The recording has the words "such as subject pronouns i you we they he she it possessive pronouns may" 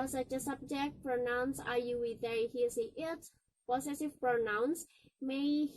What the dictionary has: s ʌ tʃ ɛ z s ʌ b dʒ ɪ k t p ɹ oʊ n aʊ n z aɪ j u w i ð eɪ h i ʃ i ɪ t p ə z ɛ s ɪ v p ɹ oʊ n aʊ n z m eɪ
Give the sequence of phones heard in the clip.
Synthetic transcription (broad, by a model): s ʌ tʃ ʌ s ʌ b dʒ ɪ k t p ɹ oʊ n aʊ n s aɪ j u w i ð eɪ h i s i ɪ t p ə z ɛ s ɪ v p ɹ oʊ n aʊ n s m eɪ